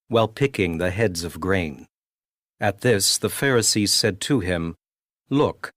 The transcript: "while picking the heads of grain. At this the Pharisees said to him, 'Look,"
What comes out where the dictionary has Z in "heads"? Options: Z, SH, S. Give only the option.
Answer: Z